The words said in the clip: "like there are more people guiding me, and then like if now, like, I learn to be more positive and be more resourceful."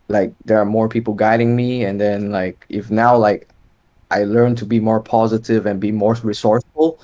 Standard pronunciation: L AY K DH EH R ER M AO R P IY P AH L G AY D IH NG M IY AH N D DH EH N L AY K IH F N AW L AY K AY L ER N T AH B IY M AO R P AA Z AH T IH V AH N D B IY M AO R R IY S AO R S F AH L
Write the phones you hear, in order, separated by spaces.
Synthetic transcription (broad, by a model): L AY K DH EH R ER M AO R P IY P L G AY D IH NG M IY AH N DH EH N L AY K IH F N AW L AY K AY L ER N T AH B IY M AO R P AA Z AH T IH V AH N B IY M AO R R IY S AO R S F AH L